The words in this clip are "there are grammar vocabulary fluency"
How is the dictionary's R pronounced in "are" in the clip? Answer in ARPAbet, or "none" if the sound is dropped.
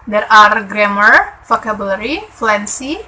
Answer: R